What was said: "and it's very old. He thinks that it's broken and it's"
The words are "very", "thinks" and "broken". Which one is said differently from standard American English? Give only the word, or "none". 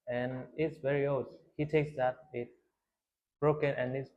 thinks